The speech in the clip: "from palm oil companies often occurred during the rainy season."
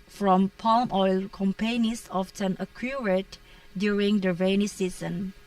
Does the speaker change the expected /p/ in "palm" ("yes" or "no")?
no